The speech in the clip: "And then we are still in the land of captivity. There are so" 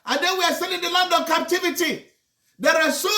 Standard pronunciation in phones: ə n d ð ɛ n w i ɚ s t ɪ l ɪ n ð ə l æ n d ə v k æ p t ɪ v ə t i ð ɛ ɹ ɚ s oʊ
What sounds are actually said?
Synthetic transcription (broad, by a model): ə n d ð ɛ n w i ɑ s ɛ n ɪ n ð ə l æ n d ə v k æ p t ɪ v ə t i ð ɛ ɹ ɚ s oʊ